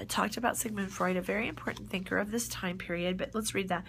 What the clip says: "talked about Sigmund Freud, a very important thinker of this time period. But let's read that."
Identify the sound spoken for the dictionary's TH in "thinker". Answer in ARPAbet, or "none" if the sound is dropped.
TH